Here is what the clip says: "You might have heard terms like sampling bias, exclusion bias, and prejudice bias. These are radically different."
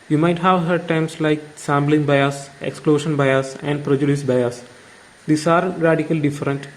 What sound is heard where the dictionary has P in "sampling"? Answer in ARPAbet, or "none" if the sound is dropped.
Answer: B